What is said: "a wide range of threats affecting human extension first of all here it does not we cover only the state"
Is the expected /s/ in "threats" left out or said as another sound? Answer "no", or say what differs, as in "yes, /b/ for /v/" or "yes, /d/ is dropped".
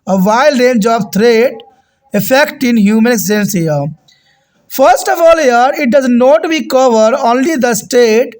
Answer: yes, /s/ is dropped